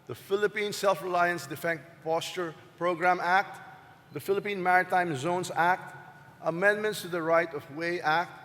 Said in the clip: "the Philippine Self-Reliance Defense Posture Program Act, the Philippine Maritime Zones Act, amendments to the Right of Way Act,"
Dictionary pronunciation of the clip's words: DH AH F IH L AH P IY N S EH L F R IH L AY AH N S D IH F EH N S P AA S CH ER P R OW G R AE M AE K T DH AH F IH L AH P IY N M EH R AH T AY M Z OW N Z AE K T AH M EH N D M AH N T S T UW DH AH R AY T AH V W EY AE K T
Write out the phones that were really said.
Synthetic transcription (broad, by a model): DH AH F IH L AH P IY N S EH L F R IH L AY AH N S D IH F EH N P AA S CH ER P R OW G R AE M AE K T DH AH F IH L AH P IY N M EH R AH T AY M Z OW N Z AE K T AH M EH N D M AH N T S T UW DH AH R AY T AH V W EY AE K T